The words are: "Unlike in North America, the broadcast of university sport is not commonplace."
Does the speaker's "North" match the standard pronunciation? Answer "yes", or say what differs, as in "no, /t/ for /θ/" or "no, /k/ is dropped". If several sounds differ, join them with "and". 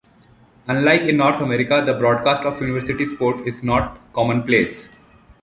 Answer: no, /t/ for /θ/